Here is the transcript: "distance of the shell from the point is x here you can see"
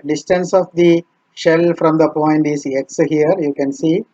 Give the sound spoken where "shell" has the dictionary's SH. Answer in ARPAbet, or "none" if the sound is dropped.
SH